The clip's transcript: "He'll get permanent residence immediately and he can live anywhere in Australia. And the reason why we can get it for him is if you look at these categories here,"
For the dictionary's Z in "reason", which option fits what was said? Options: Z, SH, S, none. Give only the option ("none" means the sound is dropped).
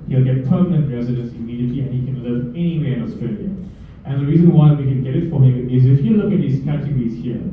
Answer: Z